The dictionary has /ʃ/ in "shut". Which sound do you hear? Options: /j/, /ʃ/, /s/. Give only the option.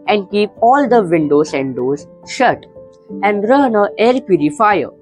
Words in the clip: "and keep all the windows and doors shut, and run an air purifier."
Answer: /ʃ/